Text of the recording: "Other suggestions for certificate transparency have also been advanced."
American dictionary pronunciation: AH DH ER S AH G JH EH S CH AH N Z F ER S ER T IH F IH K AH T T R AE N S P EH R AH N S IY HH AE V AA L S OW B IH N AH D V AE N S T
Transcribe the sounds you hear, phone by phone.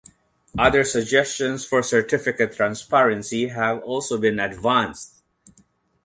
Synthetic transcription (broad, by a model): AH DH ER S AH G JH EH S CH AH N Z F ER S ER T IH F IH K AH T T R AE N S P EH R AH N S IY HH AE V AA L S OW B IH N AH D V AE N S T